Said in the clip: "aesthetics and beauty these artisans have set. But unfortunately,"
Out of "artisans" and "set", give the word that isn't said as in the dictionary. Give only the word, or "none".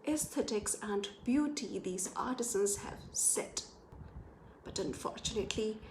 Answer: none